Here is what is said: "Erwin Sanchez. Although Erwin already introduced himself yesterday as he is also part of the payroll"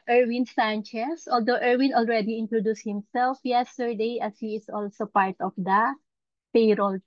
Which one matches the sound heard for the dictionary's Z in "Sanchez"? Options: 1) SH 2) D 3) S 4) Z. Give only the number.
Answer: 3